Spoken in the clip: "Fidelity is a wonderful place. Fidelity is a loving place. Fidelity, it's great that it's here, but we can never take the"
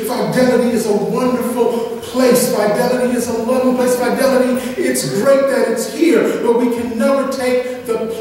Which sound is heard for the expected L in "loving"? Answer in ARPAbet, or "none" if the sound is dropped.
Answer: W